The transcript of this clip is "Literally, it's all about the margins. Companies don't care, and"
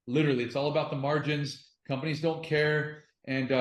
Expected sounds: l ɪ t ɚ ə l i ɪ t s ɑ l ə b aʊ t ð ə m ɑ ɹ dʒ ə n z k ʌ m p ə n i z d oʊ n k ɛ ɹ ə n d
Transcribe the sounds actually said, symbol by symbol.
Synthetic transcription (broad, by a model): l ɪ t ɚ l i ɪ t s ɑ l ə b aʊ t ð ə m ɑ ɹ dʒ ə n z k ʌ m p ə n i z d oʊ n k ɛ ɹ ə n